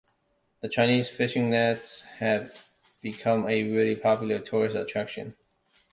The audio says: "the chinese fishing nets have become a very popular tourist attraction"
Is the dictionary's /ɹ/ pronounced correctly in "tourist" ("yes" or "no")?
yes